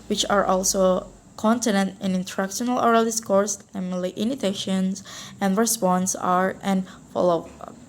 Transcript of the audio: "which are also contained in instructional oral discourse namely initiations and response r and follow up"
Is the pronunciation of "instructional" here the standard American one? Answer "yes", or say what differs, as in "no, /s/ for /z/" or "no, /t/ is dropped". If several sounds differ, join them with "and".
no, /s/ is dropped